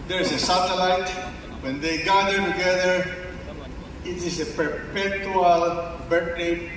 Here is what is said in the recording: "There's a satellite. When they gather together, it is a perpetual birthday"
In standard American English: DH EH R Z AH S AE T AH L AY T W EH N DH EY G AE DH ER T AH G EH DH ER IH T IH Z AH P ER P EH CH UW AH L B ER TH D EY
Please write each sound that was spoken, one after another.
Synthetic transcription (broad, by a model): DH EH R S AH S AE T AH L AY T W EH N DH EY G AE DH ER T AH G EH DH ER IH T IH S AH P ER P EH CH UW AH L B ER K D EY